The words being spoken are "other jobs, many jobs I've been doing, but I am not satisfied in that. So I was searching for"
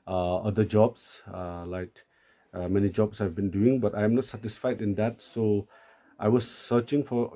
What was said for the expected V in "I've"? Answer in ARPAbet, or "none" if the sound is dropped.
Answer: V